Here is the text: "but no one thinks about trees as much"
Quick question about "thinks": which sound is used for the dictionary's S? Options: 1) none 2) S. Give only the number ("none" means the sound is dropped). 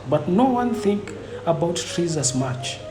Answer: 1